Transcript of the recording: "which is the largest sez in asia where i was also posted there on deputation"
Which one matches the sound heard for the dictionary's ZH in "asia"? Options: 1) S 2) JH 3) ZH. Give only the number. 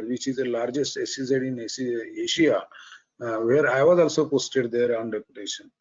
1